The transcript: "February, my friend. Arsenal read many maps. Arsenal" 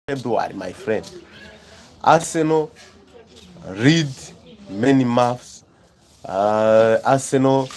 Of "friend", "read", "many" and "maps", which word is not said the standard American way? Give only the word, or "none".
maps